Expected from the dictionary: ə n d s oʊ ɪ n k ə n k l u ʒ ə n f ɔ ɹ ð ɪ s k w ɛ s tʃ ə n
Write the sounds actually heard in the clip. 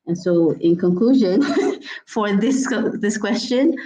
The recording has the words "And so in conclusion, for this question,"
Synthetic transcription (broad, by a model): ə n s oʊ ɪ n k ə n k l u ʒ ə n f ɔ ɹ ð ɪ s k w ɛ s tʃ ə n